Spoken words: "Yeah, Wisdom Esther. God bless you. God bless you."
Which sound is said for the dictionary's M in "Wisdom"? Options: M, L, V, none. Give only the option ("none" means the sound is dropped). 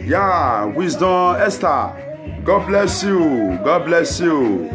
none